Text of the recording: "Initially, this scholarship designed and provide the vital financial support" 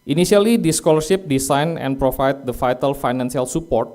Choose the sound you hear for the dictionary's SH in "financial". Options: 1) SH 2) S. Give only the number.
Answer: 2